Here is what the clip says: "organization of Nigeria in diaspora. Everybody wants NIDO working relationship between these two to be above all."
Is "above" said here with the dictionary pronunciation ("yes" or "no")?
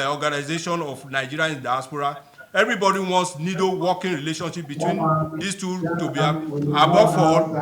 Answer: no